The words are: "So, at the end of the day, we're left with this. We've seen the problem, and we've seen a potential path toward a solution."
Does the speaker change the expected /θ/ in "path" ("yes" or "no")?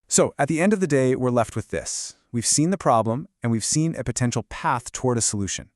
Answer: no